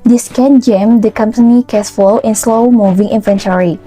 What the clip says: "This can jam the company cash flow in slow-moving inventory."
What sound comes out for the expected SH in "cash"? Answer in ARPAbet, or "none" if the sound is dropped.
S